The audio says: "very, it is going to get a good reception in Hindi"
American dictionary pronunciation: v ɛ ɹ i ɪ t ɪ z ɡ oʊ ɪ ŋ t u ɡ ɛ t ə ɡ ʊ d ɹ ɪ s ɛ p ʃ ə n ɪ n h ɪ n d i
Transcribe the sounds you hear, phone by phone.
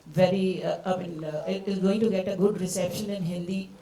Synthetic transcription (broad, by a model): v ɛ ɹ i ɪ t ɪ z ɡ oʊ ɪ ŋ t u ɡ ɛ t ə ɡ ʊ d ɹ ɪ s ɛ p ʃ ə n ɪ n h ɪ n d i